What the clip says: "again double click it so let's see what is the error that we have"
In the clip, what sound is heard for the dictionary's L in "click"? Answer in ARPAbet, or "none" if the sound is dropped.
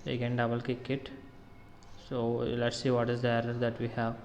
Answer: none